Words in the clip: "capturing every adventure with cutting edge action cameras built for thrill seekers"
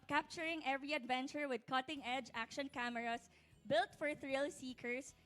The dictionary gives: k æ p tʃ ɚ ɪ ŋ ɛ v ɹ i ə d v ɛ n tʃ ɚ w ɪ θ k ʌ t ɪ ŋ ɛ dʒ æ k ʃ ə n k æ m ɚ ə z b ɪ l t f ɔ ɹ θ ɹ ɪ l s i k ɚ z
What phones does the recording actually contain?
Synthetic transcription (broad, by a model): k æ p tʃ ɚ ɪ ŋ ɛ v ɹ i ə d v ɛ n tʃ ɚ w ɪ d k ʌ t ɪ ŋ ɛ dʒ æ k ʃ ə n k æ m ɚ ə s b ɪ l t f ɔ ɹ θ ɹ ɪ l s i k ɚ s